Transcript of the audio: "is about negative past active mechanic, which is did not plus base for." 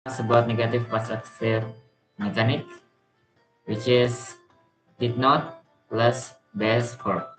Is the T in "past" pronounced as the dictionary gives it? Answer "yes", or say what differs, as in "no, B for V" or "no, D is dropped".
no, T is dropped